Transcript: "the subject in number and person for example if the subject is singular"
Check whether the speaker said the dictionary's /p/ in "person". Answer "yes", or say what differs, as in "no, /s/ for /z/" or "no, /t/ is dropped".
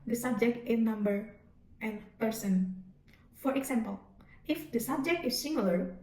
yes